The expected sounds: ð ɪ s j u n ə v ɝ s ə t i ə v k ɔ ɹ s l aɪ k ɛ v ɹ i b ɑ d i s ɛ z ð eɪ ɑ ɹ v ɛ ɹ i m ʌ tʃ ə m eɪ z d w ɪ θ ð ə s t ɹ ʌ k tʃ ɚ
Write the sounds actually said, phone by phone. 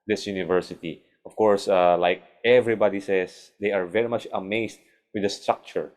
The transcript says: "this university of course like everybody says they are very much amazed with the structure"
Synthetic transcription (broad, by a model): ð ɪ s j u n ə v ɝ s ə t i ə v k ɔ ɹ s l aɪ k ɛ v ɹ i b ɑ d i s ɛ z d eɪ ɑ ɹ v ɛ ɹ i m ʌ tʃ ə m eɪ s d w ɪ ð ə s t ɹ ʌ k tʃ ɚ